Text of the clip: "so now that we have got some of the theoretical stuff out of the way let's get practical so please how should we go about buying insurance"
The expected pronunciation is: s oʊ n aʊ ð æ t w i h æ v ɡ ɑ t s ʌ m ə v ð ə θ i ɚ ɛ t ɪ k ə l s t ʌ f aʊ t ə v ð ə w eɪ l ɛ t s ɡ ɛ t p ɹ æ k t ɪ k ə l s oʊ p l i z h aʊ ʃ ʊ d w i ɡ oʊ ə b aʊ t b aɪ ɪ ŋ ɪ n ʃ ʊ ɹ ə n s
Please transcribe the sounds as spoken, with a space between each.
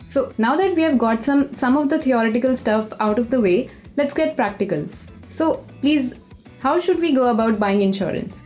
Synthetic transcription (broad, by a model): s oʊ n aʊ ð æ t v i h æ v ɡ ɑ t s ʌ m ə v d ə t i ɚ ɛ t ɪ k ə l s t ʌ f aʊ t ə v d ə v eɪ l ɛ t s ɡ ɛ t p ɹ æ k t ɪ k ə l s oʊ p l i z h aʊ ʃ ʊ d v i ɡ oʊ ə b aʊ t b aɪ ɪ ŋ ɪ n ʃ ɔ ɹ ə n s